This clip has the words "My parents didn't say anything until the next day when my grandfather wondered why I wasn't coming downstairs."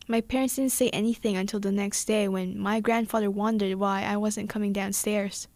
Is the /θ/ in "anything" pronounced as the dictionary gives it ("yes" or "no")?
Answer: yes